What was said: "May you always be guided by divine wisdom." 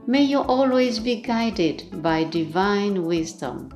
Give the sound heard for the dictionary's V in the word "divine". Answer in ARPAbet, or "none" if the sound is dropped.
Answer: V